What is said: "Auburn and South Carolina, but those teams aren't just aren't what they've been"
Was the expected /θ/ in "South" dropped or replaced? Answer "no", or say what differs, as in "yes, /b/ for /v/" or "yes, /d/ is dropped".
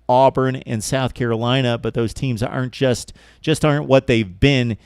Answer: no